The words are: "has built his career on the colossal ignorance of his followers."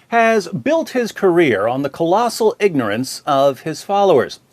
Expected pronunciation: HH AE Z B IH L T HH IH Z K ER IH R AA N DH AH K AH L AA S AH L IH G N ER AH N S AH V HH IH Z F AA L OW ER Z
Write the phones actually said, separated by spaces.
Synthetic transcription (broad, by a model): HH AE Z B IH L T HH IH Z K ER IH R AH N DH AH K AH L AA S L IH G N ER AH N S AH V IH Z F AA L OW ER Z